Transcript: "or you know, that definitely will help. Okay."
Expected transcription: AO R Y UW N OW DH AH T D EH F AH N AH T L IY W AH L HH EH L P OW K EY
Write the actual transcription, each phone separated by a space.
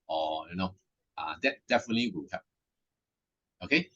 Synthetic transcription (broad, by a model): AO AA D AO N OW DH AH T D EH F AH N AH T L IY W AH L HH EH P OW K EY